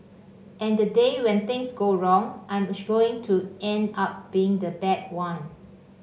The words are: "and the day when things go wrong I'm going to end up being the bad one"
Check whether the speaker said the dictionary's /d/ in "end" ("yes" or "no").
yes